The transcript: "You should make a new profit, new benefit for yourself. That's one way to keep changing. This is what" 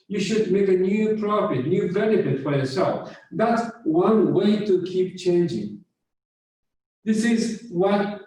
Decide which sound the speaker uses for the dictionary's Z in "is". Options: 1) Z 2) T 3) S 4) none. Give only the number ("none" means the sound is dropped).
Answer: 1